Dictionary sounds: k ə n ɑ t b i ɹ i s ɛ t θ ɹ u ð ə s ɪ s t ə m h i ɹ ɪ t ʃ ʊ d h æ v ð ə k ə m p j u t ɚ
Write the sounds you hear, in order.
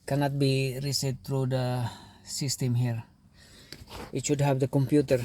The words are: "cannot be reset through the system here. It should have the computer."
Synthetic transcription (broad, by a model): k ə n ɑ t b i ɹ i s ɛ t t ɹ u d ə s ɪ s t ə m h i ɹ ɪ t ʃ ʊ d h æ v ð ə k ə m p j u t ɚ